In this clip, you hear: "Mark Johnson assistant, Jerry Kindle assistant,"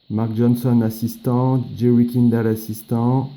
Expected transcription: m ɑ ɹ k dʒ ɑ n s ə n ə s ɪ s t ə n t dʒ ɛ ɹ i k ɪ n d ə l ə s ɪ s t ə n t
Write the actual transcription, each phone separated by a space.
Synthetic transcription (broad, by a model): m ɑ ɹ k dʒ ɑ n s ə n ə s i s t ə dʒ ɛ w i k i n d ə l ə s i s t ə